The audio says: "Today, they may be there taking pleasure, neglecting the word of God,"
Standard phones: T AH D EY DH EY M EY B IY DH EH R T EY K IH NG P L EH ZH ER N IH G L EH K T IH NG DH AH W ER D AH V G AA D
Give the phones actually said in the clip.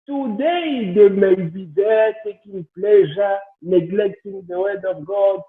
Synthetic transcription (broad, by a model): T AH D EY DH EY M EY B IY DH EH T EY K IH NG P L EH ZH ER N IH G L EH K T IH NG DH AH W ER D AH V G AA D